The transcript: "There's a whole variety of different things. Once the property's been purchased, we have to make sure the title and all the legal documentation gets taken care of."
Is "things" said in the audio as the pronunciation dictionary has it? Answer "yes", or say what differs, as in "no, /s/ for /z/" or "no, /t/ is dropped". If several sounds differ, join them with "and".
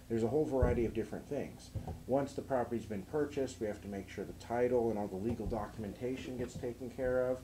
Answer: yes